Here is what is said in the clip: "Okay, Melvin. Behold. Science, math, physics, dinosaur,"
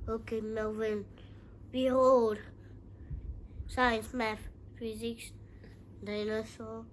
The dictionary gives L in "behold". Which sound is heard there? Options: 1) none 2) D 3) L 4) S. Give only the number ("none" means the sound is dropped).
1